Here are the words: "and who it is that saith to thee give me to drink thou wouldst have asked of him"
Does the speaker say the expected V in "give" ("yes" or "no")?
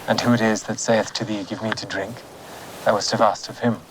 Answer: yes